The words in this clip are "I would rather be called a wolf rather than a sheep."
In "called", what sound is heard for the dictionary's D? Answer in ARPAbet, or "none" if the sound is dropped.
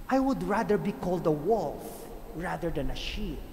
D